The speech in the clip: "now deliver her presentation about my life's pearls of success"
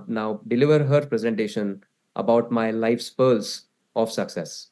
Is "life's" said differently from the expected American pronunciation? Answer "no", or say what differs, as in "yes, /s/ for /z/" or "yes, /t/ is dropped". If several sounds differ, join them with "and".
no